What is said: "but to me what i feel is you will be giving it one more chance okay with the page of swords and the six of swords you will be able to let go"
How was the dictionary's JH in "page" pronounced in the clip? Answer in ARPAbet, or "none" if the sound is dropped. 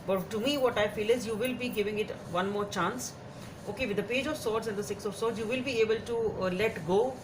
JH